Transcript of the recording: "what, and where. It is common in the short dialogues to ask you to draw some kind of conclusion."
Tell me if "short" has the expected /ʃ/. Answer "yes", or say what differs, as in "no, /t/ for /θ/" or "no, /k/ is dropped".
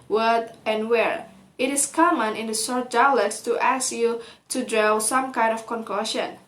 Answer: no, /s/ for /ʃ/